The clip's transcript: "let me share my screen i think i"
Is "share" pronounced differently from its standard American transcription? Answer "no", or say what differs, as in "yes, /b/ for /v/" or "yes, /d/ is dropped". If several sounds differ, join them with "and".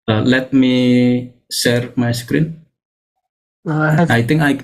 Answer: yes, /s/ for /ʃ/